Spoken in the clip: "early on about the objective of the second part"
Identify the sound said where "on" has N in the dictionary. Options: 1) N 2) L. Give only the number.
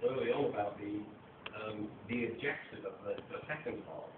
2